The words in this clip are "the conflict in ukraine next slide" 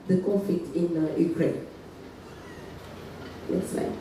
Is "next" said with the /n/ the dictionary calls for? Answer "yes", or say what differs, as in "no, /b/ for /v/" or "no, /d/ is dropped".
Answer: no, /l/ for /n/